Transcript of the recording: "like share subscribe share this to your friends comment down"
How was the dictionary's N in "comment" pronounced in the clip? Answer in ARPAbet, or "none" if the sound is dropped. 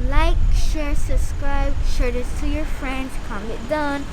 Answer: none